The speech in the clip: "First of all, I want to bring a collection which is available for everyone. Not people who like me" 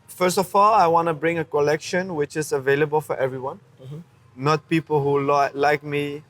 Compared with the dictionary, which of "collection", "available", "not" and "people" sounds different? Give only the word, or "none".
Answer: none